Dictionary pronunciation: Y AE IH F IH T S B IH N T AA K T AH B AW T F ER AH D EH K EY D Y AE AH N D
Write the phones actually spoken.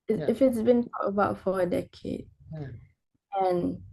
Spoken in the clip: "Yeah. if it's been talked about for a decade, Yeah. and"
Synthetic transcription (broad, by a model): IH IH F IH T S B IH N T AA T AH B AW T F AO AH D EH K EY D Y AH N